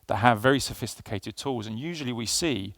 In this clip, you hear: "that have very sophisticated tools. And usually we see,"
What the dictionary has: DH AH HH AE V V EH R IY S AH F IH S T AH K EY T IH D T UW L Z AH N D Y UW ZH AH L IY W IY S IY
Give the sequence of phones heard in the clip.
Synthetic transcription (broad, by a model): DH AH HH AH V V EH R IY S AH F IH S T AH K EY T IH D T UW L Z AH N Y UW ZH AH L IY W IY S IY